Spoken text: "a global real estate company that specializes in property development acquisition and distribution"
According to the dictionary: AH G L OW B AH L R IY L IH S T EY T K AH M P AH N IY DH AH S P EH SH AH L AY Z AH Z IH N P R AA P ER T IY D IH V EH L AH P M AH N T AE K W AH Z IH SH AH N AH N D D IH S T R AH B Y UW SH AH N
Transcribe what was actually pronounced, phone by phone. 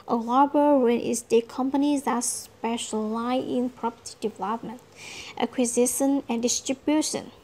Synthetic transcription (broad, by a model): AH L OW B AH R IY N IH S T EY K AH M P AH N IY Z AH S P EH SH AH L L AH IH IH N P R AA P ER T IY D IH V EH L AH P M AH N T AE K W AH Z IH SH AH N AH N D D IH S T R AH B Y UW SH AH N